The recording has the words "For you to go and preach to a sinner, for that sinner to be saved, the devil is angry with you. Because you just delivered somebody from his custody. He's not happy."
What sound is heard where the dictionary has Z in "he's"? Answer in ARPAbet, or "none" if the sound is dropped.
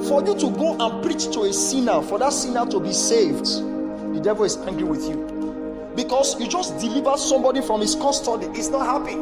S